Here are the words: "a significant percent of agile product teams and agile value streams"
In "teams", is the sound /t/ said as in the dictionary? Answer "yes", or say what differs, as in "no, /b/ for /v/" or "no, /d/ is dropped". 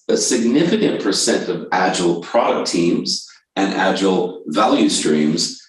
yes